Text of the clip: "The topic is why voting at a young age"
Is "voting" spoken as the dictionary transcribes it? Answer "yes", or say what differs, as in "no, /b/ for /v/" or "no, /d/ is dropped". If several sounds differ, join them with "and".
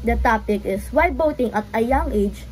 no, /b/ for /v/